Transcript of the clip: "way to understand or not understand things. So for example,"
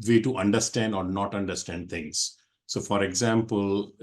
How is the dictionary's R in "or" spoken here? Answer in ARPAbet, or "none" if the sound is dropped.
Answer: R